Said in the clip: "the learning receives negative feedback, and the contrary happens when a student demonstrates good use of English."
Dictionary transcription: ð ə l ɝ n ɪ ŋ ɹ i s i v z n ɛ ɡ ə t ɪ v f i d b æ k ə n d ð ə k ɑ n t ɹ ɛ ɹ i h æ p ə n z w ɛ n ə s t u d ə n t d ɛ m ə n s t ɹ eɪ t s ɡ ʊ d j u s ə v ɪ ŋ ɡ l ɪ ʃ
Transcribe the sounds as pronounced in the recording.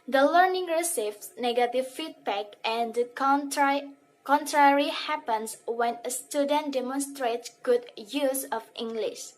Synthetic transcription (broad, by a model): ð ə l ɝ n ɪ ŋ ɹ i s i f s n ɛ ɡ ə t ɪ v f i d b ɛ k ə n d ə k ɑ n t ɹ ɛ ɹ i h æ p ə n s w ɛ n ə s t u d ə n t d ɛ m ə n s t ɹ eɪ t s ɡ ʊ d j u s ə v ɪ ŋ ɡ l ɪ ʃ